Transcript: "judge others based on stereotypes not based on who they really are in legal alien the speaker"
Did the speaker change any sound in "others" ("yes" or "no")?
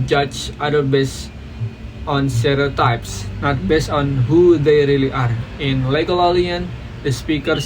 yes